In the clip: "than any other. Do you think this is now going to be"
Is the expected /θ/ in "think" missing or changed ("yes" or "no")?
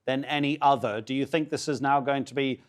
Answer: no